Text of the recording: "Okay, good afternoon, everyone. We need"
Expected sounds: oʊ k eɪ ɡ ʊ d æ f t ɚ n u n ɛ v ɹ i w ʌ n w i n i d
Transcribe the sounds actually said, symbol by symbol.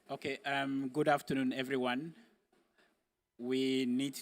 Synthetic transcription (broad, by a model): oʊ k eɪ ɡ ʊ d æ f t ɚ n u n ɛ v ɹ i w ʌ n w i n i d